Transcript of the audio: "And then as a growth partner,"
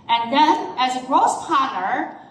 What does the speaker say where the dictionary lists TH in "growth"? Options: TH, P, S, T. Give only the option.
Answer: S